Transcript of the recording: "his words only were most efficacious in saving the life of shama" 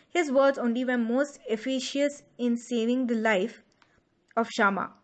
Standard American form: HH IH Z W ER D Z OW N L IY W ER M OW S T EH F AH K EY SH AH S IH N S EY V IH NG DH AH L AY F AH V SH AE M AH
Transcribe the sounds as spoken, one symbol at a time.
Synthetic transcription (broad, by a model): HH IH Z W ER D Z OW N L IY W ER M OW S T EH F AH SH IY AH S IH N S EY V IH NG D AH L AY F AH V SH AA M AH